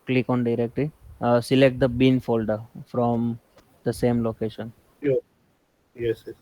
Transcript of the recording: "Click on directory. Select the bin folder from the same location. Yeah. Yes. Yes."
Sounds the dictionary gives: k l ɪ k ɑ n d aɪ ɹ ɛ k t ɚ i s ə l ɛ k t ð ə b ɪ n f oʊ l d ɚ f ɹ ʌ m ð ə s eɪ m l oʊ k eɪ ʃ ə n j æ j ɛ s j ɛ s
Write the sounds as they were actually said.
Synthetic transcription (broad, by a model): k l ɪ k ɑ n d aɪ ɹ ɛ k t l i s ə l ɛ k t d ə b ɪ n f oʊ l d ɚ f ɹ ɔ m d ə s eɪ m l oʊ k eɪ ʃ ə n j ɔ j ɛ s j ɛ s